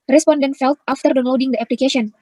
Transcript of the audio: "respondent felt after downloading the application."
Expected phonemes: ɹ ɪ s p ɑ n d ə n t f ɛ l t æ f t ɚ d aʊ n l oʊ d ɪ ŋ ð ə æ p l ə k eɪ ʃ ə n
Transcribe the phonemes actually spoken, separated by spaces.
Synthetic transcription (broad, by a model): ɹ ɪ s p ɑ n d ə n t f ɛ l t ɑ f t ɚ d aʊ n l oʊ d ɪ ŋ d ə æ p l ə k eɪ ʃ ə n